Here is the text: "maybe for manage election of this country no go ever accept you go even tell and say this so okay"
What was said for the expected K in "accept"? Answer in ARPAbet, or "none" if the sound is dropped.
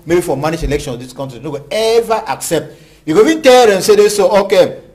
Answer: K